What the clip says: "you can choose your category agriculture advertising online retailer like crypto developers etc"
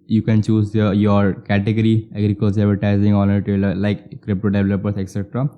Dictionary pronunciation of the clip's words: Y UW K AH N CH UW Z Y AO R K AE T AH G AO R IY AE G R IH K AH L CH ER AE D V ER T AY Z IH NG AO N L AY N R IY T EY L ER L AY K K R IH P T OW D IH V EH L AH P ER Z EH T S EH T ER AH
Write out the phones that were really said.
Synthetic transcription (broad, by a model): Y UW K AH N CH UW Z Y AO R K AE T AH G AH R IY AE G R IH K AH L S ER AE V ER T AY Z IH NG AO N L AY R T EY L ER L AY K K R IH P T OW D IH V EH L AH P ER S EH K S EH T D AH